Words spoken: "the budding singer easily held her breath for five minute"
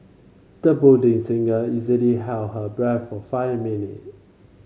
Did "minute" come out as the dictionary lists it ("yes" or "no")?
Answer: yes